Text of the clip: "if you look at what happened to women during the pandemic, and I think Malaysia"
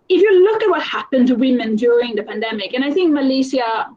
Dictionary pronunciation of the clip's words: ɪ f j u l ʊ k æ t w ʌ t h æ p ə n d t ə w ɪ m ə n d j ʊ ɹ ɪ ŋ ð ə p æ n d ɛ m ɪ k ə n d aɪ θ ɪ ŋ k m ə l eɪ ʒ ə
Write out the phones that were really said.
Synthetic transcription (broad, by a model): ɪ f j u l ʊ k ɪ t w ʌ t h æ p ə n t ə w ɪ m ə n d j ʊ ɹ ɪ ŋ ð ə p æ n d ɛ m ɪ k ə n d aɪ θ ɪ ŋ k m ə l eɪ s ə